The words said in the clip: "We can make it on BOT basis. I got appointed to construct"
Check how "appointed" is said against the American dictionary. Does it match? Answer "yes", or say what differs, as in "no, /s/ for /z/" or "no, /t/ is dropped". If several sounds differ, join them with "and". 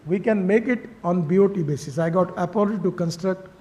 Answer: no, /l/ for /n/